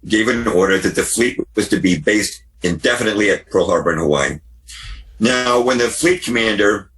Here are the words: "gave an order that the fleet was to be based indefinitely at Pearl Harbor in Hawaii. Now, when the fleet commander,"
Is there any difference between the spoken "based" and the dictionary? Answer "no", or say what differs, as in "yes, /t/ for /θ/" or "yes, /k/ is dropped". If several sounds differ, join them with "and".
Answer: no